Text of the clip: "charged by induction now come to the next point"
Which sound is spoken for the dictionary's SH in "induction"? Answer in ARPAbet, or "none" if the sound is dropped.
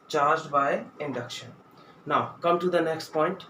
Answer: SH